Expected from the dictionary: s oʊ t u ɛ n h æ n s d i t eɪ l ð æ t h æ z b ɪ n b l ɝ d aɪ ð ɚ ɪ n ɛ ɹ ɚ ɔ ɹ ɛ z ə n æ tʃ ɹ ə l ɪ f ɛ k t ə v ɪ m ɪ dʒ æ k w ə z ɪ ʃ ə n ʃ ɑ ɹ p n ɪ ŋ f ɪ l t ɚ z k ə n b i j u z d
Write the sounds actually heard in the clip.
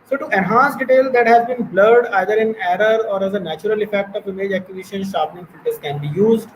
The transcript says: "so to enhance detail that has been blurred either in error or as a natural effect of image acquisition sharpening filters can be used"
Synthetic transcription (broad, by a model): s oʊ t u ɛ n h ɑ n s d i t eɪ l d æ t h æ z b ɪ n b l ɝ d aɪ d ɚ ɪ n ɛ ɹ ɚ ɔ ɹ ɛ z ə n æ tʃ ɹ ə l ɪ f ɛ k t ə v ɪ m ɪ dʒ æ k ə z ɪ ʃ ə n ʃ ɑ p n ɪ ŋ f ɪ t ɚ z k ə n b i j u z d